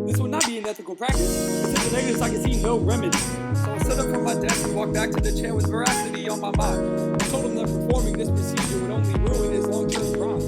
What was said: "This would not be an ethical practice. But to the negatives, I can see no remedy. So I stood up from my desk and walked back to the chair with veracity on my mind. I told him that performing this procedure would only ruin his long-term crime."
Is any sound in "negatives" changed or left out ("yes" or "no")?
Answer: yes